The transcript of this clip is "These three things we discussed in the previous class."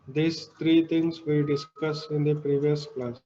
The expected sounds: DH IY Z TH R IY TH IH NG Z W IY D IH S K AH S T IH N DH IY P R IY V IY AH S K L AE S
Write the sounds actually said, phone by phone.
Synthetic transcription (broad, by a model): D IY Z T R IY T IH NG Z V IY D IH S K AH S IH N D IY P R IY V IY AH S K L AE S